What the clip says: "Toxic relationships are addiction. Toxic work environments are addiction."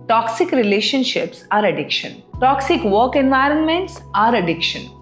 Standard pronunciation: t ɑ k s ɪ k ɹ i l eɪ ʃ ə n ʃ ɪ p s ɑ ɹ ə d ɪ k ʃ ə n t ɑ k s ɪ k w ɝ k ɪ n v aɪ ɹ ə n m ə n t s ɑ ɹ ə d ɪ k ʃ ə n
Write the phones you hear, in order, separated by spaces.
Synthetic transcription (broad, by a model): t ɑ k s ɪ k ɹ i l eɪ ʃ ə n ʃ ɪ p s ɑ ɹ ə d ɪ k ʃ ə n t ɑ k s ɪ k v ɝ k ɪ n v aɪ ɹ ə n m ə n t s ɑ ɹ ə d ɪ k ʃ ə n